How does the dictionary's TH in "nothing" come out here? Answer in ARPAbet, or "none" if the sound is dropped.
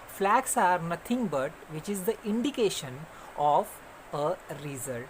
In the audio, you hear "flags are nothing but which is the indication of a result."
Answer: T